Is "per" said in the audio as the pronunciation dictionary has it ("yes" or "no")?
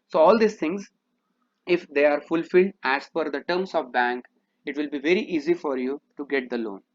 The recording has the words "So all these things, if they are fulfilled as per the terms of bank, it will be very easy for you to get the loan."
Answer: no